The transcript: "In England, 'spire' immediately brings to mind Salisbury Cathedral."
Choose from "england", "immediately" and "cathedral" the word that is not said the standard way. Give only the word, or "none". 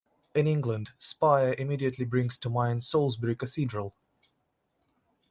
none